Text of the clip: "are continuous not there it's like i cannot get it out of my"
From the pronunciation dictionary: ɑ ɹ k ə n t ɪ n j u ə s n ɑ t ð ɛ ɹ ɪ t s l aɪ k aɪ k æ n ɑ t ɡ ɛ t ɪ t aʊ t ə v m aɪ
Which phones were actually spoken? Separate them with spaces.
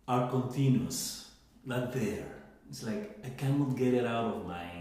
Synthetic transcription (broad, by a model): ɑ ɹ k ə n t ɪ n j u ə s l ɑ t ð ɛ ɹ ɪ t s l aɪ k aɪ k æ n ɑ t ɡ ɛ t ɪ t aʊ t ə v m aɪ